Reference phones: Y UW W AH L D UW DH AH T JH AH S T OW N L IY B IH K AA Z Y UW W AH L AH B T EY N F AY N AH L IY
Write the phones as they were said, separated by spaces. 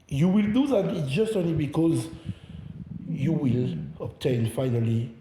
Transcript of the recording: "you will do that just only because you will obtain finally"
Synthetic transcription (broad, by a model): Y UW W AH L D UW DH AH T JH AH S T OW N L IY B IH K AA Z Y UW W AH L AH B T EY N F AY N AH L IY